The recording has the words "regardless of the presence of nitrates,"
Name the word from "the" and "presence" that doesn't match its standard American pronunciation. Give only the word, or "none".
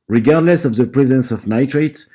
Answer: none